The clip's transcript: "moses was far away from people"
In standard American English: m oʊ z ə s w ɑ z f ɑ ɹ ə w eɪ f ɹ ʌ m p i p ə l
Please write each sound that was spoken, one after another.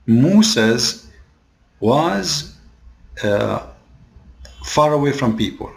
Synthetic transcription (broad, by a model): m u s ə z w ɑ z f ɑ ɹ ə w eɪ f ɹ ʌ m p i p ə l